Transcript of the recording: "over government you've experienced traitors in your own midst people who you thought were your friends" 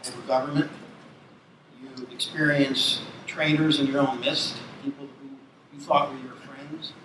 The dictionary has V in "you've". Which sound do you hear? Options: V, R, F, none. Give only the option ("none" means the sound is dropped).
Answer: none